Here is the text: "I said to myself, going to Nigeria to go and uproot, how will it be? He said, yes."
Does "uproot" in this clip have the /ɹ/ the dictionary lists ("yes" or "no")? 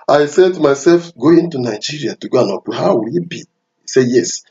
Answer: no